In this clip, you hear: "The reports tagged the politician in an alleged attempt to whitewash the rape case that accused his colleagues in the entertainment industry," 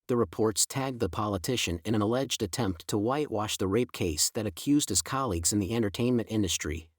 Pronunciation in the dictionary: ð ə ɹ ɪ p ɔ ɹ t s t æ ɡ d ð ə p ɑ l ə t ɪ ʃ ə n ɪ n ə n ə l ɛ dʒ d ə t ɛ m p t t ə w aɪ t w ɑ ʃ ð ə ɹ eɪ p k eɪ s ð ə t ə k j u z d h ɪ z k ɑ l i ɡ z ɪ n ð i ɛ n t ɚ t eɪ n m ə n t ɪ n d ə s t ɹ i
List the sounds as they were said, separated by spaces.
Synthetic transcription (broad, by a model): ð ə ɹ ɪ p ɔ ɹ t s t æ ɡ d ð ə p ɑ l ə t ɪ ʃ ɪ n ə n ə l ɛ dʒ d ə t ɛ m p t t ə w aɪ t w ɑ ʃ ð ə ɹ eɪ p k eɪ s ð ə t ə k j u z d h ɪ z k ɑ l i ɡ z ɪ n ð i ɛ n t ɚ t eɪ n m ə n t ɪ n d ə s t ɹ i